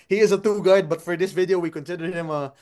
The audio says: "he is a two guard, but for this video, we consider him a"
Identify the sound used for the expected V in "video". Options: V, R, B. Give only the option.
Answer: V